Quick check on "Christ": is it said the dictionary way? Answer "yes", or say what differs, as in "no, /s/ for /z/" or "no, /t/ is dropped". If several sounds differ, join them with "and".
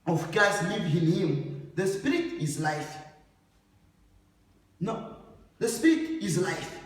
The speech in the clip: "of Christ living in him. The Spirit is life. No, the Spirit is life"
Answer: no, /ɹ/ is dropped